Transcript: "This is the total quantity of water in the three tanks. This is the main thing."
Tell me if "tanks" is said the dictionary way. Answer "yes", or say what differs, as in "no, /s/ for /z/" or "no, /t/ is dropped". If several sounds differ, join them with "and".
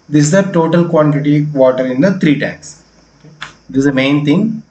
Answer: no, /ŋ/ is dropped